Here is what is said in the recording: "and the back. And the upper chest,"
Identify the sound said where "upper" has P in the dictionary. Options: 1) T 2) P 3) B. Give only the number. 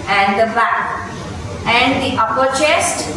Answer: 2